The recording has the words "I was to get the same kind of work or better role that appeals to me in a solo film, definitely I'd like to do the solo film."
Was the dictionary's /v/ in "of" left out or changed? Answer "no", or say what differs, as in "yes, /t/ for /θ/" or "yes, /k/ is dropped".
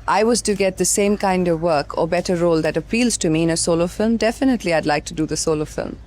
no